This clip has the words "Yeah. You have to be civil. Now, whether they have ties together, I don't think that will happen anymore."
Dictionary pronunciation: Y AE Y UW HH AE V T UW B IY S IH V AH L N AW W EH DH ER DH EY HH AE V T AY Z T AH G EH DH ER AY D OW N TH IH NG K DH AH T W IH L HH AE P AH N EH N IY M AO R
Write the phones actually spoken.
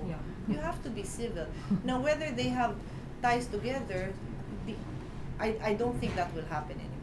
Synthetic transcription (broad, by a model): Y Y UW HH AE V T UW B IY S IH V AH L N AW W EH DH ER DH EY HH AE V T AY S T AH G EH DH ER AY D OW N TH IH NG K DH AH T W IH L HH AE P AH N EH N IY